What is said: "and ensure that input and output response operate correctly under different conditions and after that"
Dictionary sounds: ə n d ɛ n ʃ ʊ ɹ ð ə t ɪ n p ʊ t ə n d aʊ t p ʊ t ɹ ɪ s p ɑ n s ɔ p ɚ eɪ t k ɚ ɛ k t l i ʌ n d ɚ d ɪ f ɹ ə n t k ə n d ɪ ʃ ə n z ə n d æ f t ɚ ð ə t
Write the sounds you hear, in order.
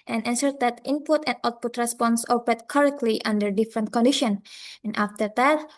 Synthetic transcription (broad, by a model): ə n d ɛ n s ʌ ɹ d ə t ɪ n p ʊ t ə n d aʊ t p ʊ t ɹ ɪ s p ɑ n s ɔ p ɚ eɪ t k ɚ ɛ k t l i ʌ n d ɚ d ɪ f ɹ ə n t k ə n d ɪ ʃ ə n ə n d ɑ f t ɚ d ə t